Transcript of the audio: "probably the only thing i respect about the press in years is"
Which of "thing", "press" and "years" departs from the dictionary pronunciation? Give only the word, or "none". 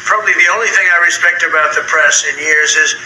none